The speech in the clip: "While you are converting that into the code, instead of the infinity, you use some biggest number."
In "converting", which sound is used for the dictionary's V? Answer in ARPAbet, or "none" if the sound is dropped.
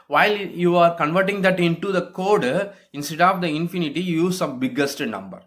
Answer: V